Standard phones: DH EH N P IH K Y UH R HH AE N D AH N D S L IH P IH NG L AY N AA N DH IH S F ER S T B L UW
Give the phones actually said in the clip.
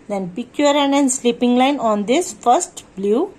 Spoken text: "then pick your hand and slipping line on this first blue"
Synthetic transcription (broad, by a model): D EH N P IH K Y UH R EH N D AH N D S L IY P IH NG L AY N AA N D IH S F ER S T B L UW